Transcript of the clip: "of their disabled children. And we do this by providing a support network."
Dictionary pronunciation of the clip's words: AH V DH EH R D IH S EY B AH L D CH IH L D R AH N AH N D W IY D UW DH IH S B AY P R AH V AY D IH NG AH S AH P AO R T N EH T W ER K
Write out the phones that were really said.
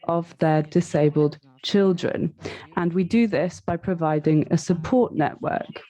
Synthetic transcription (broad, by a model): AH V DH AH D IH S EY B AH L D CH IH L D R AH N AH N W IY D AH DH IH S B AY P R AH V AY D IH NG AH S AH P AO T N EH T W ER K